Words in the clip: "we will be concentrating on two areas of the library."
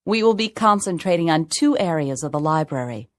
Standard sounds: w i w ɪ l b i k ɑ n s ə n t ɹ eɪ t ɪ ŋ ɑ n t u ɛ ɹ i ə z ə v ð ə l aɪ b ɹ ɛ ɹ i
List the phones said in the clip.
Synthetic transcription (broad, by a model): w i w ɪ l b i k ɑ n s ə n t ɹ eɪ t ɪ ŋ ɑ n t u ɛ ɹ i ə z ə v ð ə l aɪ b ɹ ɛ ɹ i